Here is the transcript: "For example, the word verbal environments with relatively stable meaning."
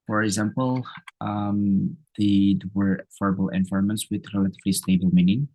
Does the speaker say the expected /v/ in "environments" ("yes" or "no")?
no